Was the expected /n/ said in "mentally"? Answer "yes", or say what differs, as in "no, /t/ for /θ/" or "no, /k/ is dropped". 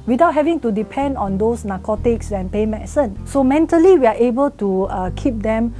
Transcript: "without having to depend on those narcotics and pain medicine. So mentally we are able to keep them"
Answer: yes